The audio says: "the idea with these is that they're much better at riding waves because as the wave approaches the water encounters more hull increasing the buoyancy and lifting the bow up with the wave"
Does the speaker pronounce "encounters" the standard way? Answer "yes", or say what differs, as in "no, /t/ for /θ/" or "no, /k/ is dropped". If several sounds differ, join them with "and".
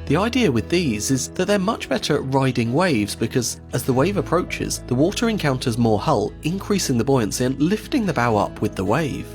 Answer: yes